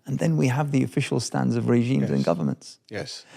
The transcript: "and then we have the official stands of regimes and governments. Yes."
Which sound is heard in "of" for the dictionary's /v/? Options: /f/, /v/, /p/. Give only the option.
/v/